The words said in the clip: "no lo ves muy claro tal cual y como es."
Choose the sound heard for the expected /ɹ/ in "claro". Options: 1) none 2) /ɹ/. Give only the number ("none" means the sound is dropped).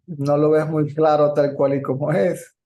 2